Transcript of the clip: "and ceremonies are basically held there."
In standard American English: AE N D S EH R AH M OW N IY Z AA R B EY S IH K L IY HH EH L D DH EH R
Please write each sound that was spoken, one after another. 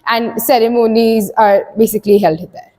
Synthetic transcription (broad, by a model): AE N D S EH R AH M OW N IY Z AA R B EY S IH K L IY HH EH L D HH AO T